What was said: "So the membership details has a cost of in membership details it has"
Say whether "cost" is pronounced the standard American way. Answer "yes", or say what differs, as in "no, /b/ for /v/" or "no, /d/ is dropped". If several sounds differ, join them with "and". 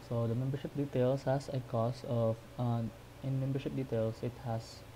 no, /t/ is dropped